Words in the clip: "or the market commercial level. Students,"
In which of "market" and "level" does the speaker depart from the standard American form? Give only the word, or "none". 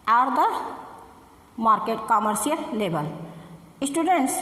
level